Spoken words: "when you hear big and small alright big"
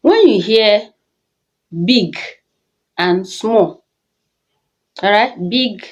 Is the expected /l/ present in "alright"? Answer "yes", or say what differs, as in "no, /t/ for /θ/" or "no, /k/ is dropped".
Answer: no, /l/ is dropped